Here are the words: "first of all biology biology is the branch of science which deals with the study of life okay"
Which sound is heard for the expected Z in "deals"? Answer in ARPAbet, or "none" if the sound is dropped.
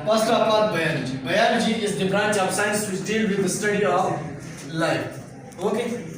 none